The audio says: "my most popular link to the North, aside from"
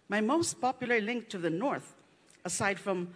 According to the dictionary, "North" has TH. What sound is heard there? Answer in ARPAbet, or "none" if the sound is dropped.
TH